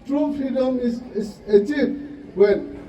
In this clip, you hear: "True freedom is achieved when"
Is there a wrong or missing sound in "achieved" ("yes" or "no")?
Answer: yes